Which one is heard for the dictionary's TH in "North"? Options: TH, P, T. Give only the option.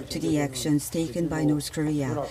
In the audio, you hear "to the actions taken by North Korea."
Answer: TH